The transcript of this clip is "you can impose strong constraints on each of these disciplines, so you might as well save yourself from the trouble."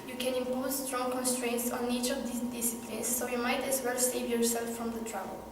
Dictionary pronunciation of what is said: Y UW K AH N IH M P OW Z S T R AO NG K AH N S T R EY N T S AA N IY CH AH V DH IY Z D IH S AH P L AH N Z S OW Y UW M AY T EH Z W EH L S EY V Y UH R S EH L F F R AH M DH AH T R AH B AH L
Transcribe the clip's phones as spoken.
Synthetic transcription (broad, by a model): Y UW K AH N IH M P OW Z S T R AO NG K AH N S T R EY N T S AA N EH CH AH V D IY D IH S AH P L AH N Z S OW Y UW M AY T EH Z W EH L S EY V Y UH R S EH L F F R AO M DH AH T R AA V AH L